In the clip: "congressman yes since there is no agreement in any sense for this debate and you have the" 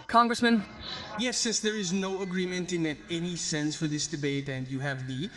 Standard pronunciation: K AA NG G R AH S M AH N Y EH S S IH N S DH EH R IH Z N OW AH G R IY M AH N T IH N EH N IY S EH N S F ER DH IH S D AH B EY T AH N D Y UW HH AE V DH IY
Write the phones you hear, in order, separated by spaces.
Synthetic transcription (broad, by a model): K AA NG G R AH S M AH N Y EH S S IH S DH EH R IH Z N OW AH G R IY M AH N T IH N EH N IY S EH N S F ER DH IH S D AH B EY T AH N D Y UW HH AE V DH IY